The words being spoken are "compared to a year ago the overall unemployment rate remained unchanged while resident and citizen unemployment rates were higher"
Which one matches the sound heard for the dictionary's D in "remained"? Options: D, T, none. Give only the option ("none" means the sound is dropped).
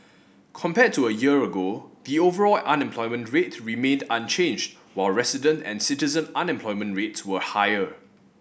D